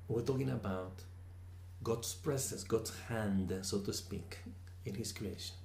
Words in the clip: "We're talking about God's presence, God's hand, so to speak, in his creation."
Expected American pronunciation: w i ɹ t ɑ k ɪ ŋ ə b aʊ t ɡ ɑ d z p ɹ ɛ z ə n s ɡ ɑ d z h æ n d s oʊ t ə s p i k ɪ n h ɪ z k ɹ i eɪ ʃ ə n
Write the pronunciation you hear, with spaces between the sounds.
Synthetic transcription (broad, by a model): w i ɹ t ɑ k ɪ ŋ ə b aʊ t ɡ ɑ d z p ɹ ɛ s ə s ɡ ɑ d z h æ n d s oʊ t ə s p i k ɪ n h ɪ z k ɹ i eɪ ʃ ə n